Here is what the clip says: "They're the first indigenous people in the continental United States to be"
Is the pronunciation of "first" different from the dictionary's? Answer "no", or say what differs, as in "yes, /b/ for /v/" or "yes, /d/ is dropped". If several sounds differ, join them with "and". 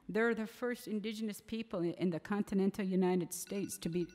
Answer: no